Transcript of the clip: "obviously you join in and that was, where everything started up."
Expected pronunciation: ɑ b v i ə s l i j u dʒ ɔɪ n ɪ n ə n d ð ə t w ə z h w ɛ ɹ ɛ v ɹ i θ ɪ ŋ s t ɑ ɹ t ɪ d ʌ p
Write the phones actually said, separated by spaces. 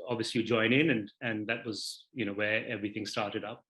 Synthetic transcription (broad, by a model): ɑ b v i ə s l i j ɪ dʒ ɔɪ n ɪ n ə n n ð ə t w ə z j w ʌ ɹ ɛ v ɹ i θ ɪ ŋ s t ɑ ɹ t ɪ d ʌ p